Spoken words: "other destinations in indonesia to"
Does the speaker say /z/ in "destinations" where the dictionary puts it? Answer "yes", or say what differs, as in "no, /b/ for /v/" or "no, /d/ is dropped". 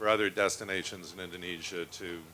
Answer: yes